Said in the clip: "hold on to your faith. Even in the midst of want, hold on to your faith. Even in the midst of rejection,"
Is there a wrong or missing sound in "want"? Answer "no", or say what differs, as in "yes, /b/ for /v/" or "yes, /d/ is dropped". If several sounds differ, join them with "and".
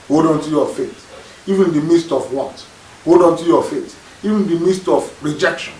yes, /n/ is dropped